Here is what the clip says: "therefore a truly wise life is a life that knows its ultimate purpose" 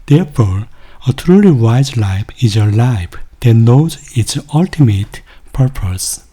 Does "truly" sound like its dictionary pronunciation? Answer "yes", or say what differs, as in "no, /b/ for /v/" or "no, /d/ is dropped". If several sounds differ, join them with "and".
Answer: yes